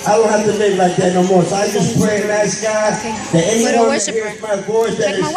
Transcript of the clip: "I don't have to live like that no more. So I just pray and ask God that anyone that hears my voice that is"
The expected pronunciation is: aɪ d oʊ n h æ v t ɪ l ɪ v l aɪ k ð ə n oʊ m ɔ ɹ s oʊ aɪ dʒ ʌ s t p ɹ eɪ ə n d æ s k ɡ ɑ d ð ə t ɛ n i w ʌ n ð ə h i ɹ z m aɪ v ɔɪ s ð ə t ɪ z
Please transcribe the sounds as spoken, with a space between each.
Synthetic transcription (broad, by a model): aɪ d oʊ n h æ f t ɪ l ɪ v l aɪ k ð ə n oʊ m ɔ ɹ s oʊ aɪ dʒ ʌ s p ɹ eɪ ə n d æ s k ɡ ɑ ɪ ð ə t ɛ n i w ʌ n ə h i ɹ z m aɪ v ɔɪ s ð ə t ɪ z